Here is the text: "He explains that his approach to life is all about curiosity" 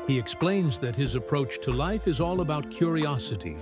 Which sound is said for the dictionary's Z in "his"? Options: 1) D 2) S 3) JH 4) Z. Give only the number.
4